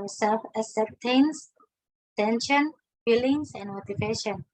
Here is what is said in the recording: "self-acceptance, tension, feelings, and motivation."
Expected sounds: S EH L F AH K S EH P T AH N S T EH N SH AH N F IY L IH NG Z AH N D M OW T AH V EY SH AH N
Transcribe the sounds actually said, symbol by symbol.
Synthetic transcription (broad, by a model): S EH L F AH S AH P T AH N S T EH N SH AH N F IY L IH NG S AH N M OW T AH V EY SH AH N